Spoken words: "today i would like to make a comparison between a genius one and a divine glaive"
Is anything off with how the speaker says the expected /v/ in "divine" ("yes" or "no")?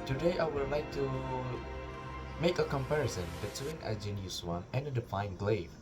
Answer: yes